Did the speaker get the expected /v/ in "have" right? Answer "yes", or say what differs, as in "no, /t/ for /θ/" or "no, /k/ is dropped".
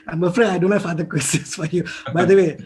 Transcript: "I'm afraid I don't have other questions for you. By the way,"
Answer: no, /f/ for /v/